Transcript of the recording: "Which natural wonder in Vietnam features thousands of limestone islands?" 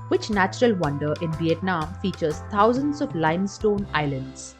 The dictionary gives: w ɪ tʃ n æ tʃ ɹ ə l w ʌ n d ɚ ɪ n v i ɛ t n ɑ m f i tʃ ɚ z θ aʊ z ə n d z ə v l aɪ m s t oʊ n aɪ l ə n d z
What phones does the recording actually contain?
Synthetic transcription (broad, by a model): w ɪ tʃ n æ tʃ ɹ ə l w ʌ n d ɚ ɪ n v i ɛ t n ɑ m f i tʃ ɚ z t aʊ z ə n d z ə v l aɪ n s t oʊ n aɪ l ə n d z